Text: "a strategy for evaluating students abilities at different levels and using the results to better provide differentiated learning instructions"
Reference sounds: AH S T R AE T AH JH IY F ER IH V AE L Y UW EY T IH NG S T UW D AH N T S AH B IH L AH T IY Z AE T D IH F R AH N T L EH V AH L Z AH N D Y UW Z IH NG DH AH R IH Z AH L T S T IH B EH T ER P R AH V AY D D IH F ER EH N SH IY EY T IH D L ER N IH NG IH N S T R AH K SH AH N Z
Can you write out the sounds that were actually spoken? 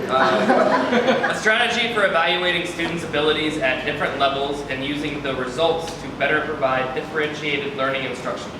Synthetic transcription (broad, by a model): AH S T R AE T AH JH IY F ER IH V AE L Y UW EY T IH NG S T UW D N T S AH B IH L AH T IY Z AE T D IH F R AH N T L EH V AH L Z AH N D Y UW Z IH NG DH AH R IH Z AH L T S T IH B EH T ER P R AH V AY D D IH F ER EH N SH IY EY T IH D L ER N IH NG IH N S T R AH K SH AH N